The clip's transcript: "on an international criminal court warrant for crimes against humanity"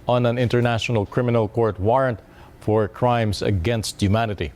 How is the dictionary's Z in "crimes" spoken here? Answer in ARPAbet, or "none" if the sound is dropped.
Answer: S